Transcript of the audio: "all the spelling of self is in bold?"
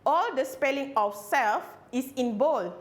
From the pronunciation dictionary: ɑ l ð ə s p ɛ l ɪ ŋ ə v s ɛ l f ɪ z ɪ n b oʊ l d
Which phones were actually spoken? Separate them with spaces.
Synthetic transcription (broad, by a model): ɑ l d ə s p ɛ l ɪ ŋ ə f s ɛ l f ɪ s ɪ n b oʊ l